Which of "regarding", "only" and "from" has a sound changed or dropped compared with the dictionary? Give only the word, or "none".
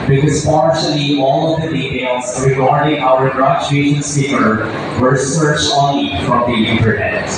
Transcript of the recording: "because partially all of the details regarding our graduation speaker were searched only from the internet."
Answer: only